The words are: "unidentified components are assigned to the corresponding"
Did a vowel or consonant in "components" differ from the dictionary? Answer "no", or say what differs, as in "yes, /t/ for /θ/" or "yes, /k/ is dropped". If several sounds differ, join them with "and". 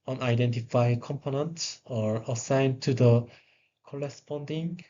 yes, /s/ is dropped